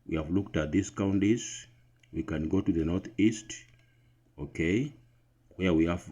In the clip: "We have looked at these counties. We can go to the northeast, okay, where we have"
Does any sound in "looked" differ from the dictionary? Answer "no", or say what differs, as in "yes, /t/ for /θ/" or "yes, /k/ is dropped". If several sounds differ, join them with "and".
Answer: no